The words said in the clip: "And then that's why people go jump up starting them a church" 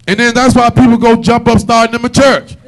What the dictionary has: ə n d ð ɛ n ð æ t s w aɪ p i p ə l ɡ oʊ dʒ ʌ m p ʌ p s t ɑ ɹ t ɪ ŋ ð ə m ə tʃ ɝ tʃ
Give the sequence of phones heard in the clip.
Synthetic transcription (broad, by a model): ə n ð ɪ n ð æ t s w aɪ p i p l ɡ oʊ dʒ ʌ m p ʌ p s t ɑ ɹ t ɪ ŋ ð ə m ə tʃ ɝ tʃ